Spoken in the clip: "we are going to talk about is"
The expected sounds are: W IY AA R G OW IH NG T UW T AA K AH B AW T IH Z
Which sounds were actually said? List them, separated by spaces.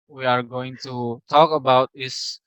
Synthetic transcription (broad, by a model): W IY AA R G OW IH NG T UW T AA K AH B AW T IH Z